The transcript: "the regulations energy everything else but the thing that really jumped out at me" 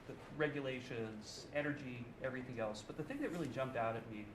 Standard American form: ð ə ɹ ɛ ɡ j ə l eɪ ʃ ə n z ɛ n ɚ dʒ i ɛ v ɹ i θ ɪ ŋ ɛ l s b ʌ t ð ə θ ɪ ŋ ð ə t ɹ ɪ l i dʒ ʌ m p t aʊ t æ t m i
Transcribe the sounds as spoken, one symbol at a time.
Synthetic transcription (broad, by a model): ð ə ɹ ɛ ɡ j ə l eɪ ʃ ə n z ɛ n ɚ dʒ i ɛ v ɹ i θ ɪ ŋ ɛ l s b ʌ t ð ə θ ɪ ŋ ð ə t ɹ ɪ l i dʒ ʌ m p t aʊ t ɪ t m i